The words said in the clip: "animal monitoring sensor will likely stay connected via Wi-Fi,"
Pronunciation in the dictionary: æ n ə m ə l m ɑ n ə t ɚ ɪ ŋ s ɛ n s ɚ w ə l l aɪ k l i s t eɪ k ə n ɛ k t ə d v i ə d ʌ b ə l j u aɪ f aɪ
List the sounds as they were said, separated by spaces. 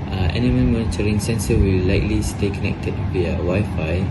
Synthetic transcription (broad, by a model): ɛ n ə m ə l m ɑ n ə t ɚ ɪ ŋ s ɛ n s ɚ w ə l l aɪ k l i s t eɪ k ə n ɛ k t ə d w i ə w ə j f aɪ